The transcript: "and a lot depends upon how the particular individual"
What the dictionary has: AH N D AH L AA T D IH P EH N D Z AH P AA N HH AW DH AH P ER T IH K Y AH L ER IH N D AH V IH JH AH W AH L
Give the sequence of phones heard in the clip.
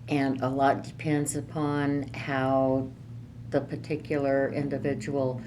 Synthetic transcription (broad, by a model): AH N AH L AA T D IH P EH N D Z AH P AA N HH AW DH AH P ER T IH K Y L ER IH N D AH V IH JH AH W L